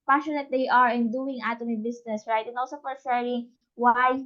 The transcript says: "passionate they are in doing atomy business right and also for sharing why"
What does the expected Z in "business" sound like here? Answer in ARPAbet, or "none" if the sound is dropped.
S